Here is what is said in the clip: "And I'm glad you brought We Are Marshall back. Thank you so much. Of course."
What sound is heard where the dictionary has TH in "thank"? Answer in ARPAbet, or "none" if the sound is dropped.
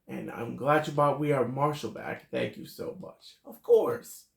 TH